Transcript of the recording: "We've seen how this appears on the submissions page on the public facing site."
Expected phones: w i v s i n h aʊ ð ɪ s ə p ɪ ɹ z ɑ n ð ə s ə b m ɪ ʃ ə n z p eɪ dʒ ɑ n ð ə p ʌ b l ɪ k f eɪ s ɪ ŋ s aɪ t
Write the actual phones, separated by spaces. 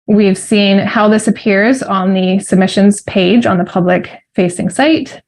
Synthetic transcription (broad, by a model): w i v s i n h aʊ ð ɪ s ə p ɪ ɹ z n ð ə s ə b m ɪ ʃ ə n z p eɪ dʒ n ð ə p ʌ b l ɪ k f eɪ s ɪ ŋ s aɪ t